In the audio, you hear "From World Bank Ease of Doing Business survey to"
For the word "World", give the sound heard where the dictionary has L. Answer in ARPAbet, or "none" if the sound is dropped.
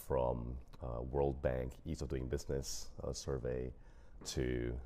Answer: L